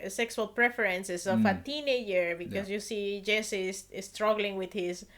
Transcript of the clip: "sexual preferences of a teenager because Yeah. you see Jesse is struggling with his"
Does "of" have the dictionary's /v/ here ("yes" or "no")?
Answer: no